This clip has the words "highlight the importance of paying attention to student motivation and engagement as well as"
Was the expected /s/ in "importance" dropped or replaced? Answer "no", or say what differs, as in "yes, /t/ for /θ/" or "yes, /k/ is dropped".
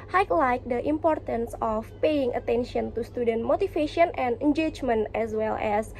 no